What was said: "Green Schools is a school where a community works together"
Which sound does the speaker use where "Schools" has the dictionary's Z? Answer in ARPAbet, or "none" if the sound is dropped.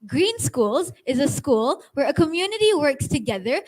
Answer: Z